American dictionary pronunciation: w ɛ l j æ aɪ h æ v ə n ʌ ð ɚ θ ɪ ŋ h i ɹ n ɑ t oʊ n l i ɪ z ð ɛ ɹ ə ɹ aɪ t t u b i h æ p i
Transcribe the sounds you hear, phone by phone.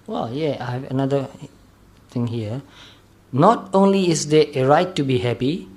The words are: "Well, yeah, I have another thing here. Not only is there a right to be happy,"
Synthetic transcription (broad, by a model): w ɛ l j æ aɪ h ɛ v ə n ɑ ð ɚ t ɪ ŋ h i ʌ n ɑ t oʊ n l i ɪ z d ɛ ə ɹ aɪ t t u b i h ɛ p i